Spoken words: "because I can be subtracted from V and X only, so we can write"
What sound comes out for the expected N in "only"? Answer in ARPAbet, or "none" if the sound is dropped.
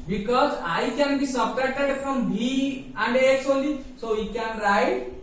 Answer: none